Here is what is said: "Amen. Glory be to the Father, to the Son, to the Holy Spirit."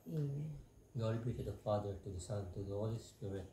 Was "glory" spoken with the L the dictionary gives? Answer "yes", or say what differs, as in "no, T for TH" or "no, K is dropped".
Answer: no, L is dropped